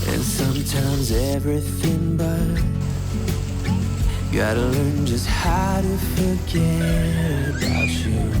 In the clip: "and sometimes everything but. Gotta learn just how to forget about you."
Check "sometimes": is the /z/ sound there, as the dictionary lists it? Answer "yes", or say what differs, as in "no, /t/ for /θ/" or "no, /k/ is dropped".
yes